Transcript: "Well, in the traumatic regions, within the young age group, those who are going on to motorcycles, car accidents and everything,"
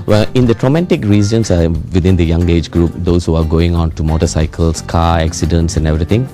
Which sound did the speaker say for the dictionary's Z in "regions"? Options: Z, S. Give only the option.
S